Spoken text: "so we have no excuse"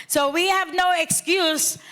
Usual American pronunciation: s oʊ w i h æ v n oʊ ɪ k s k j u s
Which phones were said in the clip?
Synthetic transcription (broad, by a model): s oʊ w i h æ v n oʊ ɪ k s k j u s